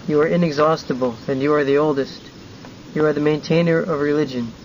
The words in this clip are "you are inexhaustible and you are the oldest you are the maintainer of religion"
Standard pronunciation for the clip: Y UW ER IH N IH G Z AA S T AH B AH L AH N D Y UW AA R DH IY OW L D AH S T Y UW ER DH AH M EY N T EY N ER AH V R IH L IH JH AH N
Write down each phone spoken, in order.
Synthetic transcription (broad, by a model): Y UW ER IH N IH G Z AA S T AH B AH L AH N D Y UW AA R DH IY OW L D AH S T Y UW ER DH AH M EY N T EY N ER AH V R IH L IH JH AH N